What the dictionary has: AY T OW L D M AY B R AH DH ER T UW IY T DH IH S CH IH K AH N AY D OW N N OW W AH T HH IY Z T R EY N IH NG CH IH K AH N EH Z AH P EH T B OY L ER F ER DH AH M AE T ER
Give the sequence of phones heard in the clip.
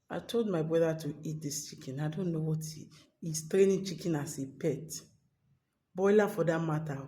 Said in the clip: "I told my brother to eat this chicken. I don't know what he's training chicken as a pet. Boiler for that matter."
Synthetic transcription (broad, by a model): AY T OW L D M AY B R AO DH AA T UW IY T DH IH S CH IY K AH N AY D OW N N OW W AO T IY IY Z T R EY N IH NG CH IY K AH N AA S AH P EH T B OY L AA F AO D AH M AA T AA